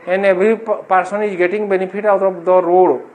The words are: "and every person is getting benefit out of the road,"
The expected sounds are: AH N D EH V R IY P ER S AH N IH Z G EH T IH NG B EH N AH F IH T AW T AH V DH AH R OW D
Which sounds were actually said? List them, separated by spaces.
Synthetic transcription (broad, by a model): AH N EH B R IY P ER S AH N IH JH G EH T IH NG B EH N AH P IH T AW T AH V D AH R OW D